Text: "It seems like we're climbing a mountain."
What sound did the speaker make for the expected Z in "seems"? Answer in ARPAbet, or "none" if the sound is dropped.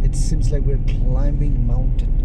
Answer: Z